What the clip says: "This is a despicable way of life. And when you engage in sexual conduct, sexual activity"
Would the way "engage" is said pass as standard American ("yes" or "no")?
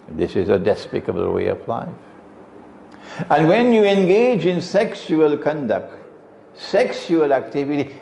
yes